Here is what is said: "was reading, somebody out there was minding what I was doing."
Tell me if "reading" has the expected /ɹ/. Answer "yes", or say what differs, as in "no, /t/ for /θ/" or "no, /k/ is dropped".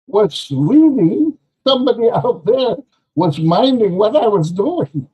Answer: no, /l/ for /ɹ/